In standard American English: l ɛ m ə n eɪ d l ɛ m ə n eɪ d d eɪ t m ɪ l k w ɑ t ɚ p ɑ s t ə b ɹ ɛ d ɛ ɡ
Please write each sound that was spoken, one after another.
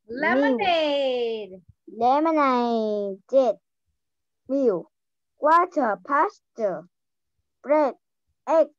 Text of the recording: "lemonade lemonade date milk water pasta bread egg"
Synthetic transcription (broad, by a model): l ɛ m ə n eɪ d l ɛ m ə n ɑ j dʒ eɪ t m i w k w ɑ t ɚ p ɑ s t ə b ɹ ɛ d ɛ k